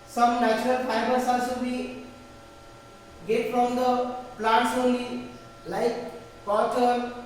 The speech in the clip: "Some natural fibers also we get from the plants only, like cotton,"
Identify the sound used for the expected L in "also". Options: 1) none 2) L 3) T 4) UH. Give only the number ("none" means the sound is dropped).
1